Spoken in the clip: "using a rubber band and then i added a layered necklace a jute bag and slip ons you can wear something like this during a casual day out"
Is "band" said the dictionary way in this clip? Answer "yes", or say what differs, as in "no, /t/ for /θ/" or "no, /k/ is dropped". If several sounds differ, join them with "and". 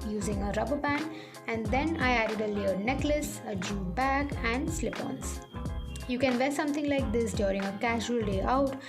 no, /d/ is dropped